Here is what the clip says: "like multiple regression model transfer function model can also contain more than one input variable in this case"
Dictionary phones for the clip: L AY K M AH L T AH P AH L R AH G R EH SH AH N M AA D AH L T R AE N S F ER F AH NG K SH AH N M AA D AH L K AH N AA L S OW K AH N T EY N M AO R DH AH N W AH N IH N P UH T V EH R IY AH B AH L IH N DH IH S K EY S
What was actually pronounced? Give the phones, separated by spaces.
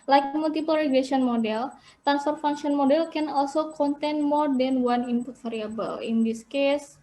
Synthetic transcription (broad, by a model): L AY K M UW L T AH P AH L R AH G L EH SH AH N M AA D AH L T R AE N S F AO F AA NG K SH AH N M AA D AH L K AH N AA L S OW K AH N T EY N M AO R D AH N W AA N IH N P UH T F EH R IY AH B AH L IH N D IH S K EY S